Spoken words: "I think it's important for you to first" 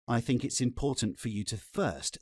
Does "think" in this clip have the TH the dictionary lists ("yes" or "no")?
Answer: yes